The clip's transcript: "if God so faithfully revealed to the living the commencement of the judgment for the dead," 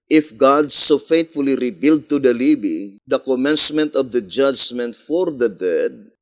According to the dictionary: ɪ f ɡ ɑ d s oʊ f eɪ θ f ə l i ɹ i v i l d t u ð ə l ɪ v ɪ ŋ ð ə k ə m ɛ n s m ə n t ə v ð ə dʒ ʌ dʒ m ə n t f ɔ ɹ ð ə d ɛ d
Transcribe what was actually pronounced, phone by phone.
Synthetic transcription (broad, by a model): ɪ f ɡ ɑ d s oʊ f eɪ t f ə l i ɹ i b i l d t u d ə l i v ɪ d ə k ə m ɛ n s m ə n t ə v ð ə dʒ ʌ dʒ m ə n t f ɔ ɹ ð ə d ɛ d